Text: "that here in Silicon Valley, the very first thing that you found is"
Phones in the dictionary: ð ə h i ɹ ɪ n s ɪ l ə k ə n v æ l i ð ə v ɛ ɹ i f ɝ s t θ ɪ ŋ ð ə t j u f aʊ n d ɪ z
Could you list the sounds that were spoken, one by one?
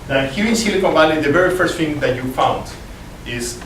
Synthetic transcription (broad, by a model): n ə h i ɹ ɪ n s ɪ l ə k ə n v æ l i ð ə v ɛ ɹ i f ɝ s t f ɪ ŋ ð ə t j u f aʊ n d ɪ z